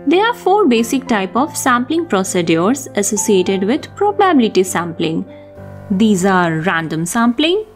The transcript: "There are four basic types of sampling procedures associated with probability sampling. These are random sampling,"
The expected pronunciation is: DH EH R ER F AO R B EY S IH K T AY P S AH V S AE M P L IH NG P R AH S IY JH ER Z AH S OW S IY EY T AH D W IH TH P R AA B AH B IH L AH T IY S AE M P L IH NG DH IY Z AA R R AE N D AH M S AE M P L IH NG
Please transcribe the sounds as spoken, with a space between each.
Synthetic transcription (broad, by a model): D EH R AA F AO R B EY S IH K T AY P AH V S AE M P L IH NG P R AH S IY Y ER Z AH S OW S IY EY T AH D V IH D P R AA B AH B IH L AH T IY S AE M P L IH NG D IY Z AA R R AE N D AH M S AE M P L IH NG